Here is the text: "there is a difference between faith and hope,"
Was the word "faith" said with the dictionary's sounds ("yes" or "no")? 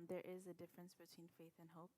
yes